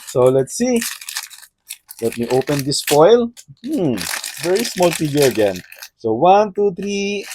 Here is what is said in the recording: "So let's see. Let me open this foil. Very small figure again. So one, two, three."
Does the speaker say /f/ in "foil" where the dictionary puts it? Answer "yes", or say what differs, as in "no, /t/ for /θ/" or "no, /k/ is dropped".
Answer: no, /p/ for /f/